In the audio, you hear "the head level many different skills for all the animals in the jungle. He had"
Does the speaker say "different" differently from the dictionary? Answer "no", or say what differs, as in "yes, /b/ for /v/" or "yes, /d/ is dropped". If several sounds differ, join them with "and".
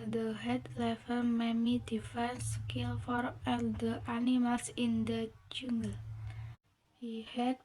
yes, /ɹ/ is dropped